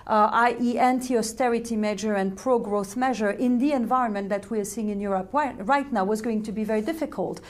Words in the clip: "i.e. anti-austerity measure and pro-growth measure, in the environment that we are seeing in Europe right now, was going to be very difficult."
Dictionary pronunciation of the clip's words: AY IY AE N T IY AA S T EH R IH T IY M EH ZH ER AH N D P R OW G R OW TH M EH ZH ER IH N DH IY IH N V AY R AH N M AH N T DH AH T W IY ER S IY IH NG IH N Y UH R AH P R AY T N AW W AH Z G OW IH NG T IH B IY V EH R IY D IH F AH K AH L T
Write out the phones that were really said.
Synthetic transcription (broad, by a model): AY IY AE N T IY AA S T EH R IH T IY M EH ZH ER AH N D P R OW G R OW TH M EH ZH ER IH N DH IY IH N V AY R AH N M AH N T DH AH T W IY ER S IY IH NG IH N Y UH R AH P R AY T N AW W AH Z G OW IH NG T IH B IY V EH R IY D IH F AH K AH L T